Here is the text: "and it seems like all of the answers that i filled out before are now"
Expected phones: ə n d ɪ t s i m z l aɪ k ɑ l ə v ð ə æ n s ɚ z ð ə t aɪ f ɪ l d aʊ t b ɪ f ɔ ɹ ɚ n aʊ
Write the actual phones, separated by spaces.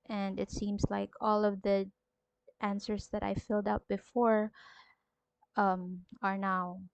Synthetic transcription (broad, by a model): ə n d ɪ t s i m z l aɪ k ɑ l ə v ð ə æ n s ɚ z ð ə t aɪ f ɪ l d aʊ t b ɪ f ɔ ɹ ɚ n aʊ